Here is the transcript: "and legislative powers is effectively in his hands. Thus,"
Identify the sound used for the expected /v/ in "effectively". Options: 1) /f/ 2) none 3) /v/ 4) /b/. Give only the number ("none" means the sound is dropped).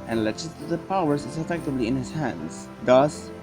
4